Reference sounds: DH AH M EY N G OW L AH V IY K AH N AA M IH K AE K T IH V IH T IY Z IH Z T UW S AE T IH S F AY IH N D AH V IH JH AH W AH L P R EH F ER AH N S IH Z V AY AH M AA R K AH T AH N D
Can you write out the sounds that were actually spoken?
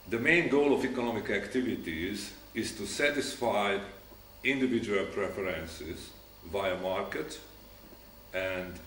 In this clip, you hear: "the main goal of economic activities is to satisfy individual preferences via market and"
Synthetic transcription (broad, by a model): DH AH M EY N G OW L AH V IY K AH N AA M IH K AE K T IH V IH T IY Z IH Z T UW S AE T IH S F AY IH N D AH V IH JH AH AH L P R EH F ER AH N S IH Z V AY AH M AA R K AH T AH N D